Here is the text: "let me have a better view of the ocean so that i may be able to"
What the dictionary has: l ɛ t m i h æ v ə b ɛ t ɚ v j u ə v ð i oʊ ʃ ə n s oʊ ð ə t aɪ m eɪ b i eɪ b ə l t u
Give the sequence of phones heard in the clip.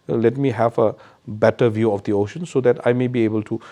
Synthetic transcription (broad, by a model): l ɛ t m i h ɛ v ə b ɛ t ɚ v j u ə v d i oʊ ʃ ə n s oʊ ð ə t aɪ m eɪ b i eɪ b ə l t u